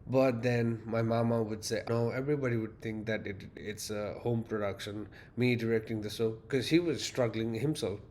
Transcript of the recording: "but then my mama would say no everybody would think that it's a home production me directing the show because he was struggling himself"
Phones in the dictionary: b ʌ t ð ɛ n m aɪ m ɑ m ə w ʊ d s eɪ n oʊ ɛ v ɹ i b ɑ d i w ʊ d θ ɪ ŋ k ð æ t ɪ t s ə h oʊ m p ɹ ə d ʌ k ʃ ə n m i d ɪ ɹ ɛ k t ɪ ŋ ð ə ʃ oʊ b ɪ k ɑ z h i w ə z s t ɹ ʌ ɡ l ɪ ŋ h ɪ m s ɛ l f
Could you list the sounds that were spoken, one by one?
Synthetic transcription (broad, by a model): b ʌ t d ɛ n m aɪ m ɑ m ə w ʊ d s eɪ n oʊ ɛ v ɹ i b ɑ d i w ʊ d t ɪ ŋ k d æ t ɪ t s ə h oʊ m p ɹ ə d ʌ k ʃ ə n m i d ɪ ɹ ɛ k t ɪ ŋ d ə s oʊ k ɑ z h i w ə z s t ɹ ʌ ɡ l ɪ ŋ h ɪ m s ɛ l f